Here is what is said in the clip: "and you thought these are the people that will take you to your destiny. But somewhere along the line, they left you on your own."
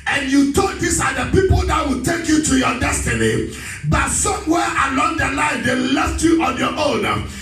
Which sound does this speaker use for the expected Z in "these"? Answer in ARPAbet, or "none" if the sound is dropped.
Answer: S